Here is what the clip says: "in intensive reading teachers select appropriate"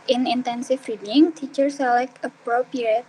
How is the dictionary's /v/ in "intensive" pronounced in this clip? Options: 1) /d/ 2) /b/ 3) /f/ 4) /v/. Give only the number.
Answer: 3